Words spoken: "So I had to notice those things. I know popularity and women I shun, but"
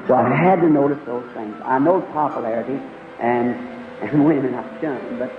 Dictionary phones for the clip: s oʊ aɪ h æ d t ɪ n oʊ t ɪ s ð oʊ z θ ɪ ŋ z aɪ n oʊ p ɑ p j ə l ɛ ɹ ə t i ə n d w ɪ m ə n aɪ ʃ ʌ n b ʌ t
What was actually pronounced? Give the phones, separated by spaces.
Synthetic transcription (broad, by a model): s oʊ aɪ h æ d t ɪ n oʊ t ɪ s ð oʊ z θ ɪ ŋ z aɪ n oʊ p ɑ p j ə l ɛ ɹ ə t i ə n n w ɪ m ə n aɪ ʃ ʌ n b ʌ t